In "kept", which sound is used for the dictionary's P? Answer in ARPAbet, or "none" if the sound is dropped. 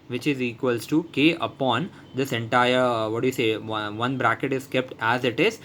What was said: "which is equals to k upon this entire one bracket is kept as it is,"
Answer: P